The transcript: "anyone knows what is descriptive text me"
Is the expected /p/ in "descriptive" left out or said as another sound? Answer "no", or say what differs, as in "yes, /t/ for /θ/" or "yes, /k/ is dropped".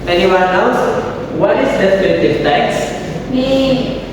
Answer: yes, /p/ is dropped